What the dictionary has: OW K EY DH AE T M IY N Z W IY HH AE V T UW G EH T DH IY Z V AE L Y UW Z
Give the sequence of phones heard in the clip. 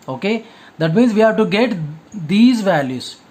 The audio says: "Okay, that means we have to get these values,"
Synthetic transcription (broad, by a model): OW K EY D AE T M IY N Z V IY HH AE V T UW G EH T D IY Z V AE L Y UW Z